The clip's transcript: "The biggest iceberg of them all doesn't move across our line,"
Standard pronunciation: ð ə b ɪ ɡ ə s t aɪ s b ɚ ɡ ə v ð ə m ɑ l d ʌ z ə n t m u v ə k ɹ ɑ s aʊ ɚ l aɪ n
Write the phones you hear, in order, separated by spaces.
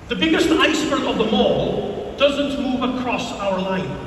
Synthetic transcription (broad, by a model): ð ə b ɪ ɡ ə s t aɪ s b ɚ ə v ð ə m ɑ l d ʌ z ə n t m u v ə k ɹ ɑ s aʊ ɚ l aɪ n